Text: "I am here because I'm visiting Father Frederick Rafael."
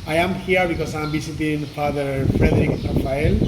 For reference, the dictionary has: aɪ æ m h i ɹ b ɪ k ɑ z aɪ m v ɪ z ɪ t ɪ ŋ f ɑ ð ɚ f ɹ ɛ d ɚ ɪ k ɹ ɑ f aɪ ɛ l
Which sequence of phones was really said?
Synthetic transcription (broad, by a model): aɪ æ m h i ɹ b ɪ k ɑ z aɪ m b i s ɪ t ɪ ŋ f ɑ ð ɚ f ɹ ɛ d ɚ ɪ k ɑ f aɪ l